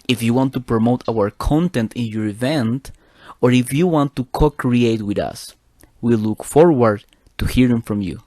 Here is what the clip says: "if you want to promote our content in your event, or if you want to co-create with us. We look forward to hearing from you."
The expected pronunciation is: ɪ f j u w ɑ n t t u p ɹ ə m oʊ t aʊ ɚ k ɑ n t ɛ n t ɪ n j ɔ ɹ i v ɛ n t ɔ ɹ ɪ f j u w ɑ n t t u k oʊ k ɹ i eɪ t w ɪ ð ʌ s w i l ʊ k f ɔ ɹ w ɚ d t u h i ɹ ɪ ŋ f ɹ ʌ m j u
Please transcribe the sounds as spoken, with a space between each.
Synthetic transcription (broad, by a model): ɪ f j u w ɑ n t t u p ɹ ə m oʊ t aʊ ɚ k ɑ n t ɛ n t ɪ n j ɔ ɹ i v ɛ n t ɔ ɹ ɪ f j u w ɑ n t t u k oʊ k ɹ i eɪ t w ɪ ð ʌ s w i l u k f ɔ ɹ w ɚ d t u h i ɹ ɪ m f ɹ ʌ m j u